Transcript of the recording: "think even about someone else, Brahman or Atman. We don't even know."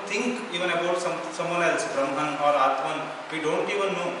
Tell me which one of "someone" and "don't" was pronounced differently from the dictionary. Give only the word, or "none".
someone